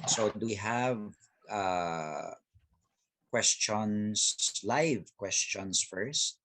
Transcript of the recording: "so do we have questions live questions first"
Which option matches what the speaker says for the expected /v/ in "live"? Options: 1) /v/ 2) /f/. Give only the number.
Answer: 1